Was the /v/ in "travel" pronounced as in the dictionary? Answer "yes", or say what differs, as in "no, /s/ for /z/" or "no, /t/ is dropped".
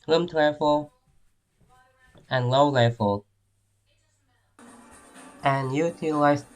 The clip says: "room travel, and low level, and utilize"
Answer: no, /f/ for /v/